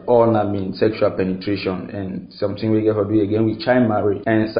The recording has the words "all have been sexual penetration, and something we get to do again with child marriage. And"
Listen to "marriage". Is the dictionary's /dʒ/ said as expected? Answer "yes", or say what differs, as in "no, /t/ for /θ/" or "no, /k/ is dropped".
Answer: no, /dʒ/ is dropped